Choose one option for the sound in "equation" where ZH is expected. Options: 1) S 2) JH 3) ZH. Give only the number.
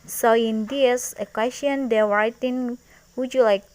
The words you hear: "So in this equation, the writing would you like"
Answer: 1